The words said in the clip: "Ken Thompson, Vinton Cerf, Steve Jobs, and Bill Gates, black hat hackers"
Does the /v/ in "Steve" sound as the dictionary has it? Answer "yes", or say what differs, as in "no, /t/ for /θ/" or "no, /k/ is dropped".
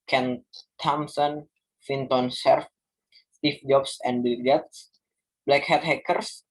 no, /f/ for /v/